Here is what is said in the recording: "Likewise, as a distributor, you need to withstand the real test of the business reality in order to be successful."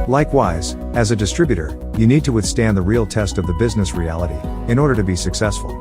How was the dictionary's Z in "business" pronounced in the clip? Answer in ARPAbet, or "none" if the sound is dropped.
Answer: Z